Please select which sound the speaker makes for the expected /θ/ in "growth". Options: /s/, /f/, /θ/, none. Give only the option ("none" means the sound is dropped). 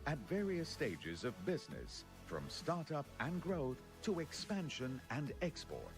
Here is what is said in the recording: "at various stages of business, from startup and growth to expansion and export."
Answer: /θ/